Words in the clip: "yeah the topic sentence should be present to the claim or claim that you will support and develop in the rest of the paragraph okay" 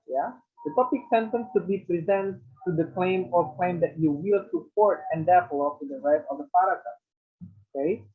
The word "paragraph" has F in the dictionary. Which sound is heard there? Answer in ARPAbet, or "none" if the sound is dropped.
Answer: none